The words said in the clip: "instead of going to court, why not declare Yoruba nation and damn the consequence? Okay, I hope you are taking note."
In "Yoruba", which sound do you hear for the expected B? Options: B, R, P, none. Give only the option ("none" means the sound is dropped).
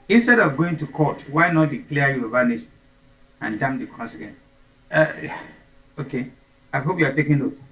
none